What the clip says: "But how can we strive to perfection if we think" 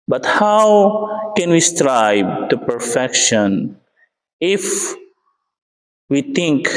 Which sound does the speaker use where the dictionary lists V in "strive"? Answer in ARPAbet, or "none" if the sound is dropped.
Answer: B